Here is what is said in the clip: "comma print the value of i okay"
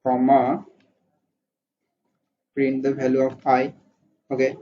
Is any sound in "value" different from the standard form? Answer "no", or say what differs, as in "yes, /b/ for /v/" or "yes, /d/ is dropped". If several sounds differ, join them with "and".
yes, /b/ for /v/